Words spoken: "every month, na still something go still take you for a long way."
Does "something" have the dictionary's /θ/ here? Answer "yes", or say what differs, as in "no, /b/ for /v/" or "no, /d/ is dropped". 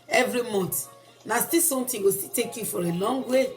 no, /t/ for /θ/